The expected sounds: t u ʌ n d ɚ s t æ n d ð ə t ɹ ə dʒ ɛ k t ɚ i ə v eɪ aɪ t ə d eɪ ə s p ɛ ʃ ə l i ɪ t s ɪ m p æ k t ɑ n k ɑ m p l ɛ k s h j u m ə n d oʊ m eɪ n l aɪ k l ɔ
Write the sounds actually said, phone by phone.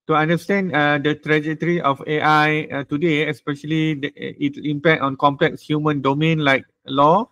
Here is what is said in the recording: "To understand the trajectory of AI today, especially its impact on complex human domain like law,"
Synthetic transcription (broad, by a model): t u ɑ n d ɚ s t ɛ n d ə t ɹ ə dʒ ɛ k t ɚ i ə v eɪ aɪ t ə d eɪ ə s p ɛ ʃ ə l i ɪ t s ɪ m p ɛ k t ɑ n k ɑ m p l ɛ k s h j u m ə n d oʊ m eɪ n l aɪ k l ɔ